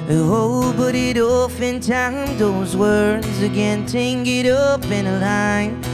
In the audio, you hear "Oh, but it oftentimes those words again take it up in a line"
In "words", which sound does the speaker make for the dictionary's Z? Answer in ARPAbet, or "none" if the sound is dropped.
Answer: Z